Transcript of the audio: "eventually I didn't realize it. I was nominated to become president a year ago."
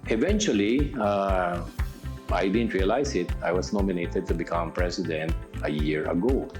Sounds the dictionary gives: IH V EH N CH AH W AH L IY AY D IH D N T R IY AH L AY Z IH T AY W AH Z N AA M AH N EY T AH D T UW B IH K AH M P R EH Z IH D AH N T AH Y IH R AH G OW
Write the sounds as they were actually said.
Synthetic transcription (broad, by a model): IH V EH N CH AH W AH L IY AY D IH D N T R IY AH L AY S IH T AY W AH S N AA M AH N EY T AH D T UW B IH K AH M P R EH S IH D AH N T AH Y IH R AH G OW